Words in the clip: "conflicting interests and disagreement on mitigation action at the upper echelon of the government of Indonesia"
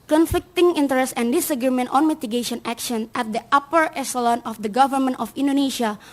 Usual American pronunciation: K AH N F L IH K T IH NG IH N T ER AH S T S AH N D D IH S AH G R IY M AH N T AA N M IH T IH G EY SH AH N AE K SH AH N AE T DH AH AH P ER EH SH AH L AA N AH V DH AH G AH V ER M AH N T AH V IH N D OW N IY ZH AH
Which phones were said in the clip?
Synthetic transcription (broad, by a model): K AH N F L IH K T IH NG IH N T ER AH S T AH N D D IH S AH G R IY M AH N T AA N M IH T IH G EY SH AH N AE K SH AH N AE T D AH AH P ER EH S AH L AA N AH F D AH G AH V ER M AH N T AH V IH N D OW N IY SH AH